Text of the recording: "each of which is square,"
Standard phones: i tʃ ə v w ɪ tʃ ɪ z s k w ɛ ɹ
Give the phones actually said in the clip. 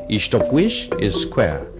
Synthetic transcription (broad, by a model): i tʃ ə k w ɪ ʃ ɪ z s k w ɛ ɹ